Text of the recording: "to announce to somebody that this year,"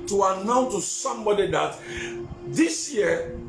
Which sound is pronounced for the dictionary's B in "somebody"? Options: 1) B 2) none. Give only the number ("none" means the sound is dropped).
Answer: 1